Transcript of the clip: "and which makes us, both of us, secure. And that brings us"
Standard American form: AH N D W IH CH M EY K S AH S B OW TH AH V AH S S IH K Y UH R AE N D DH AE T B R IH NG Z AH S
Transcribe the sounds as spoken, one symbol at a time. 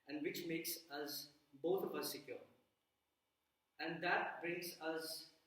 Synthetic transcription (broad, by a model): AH N D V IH CH M EY K S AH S B OW T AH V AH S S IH K Y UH R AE N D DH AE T B R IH NG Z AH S